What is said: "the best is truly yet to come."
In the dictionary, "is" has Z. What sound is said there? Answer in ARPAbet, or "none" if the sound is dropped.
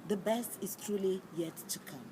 S